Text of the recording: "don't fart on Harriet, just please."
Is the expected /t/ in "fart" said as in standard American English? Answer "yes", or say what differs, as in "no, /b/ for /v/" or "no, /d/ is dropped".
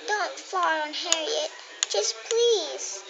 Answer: no, /t/ is dropped